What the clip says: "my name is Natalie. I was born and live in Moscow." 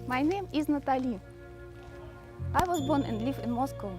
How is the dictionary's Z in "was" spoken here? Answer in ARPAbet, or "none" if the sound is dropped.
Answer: Z